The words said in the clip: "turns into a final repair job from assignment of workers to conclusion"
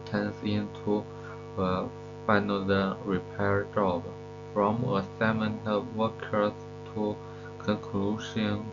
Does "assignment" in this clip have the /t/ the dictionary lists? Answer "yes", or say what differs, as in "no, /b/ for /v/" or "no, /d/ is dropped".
no, /t/ is dropped